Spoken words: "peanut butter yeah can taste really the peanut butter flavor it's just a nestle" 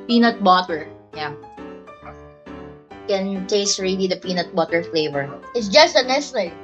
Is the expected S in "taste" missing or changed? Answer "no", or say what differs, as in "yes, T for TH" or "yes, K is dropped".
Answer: no